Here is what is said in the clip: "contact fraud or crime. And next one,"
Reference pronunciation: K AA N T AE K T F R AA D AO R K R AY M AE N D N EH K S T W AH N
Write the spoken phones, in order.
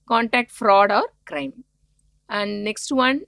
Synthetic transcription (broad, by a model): K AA N T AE K T F R AA D AO R K R AY M AE N D N EH K S T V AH N